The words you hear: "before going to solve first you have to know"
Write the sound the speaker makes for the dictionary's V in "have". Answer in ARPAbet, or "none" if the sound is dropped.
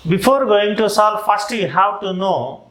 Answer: W